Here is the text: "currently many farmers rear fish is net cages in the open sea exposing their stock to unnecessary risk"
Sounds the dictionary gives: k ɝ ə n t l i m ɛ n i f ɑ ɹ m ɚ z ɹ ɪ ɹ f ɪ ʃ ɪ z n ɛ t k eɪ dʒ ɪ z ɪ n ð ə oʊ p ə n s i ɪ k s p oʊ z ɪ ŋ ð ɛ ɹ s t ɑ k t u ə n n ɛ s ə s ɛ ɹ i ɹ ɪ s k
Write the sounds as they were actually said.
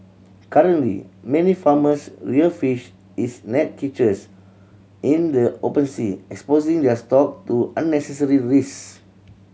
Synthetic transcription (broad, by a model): k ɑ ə n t l i m ɛ n i f ɑ m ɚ s ɹ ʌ l f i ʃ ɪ s n ɛ t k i tʃ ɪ s ɪ n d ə oʊ p ə n s i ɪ k s p oʊ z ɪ ŋ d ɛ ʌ s t ɑ k t u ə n n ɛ s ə s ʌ ɹ i ɹ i s